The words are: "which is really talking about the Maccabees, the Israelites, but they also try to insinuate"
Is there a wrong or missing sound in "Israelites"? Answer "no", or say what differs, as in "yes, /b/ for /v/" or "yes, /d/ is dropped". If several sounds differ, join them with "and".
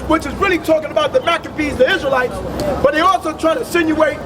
no